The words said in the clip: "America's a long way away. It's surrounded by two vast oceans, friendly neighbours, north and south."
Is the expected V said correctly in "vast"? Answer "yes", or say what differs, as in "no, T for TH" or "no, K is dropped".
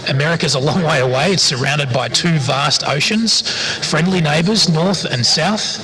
yes